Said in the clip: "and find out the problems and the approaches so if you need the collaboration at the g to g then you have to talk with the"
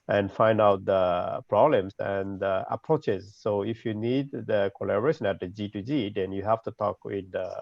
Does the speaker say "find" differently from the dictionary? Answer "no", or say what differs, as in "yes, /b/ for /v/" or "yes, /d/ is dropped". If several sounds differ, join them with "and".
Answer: no